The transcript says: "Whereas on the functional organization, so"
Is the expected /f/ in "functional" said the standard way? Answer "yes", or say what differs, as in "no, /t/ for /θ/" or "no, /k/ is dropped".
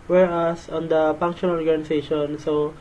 no, /p/ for /f/